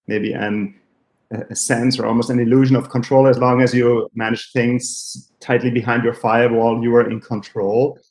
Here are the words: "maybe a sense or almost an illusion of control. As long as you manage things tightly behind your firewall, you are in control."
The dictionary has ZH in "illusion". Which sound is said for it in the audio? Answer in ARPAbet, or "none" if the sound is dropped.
ZH